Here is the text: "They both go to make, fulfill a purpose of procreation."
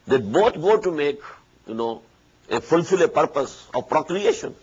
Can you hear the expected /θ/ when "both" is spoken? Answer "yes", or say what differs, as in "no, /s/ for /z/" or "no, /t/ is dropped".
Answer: no, /t/ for /θ/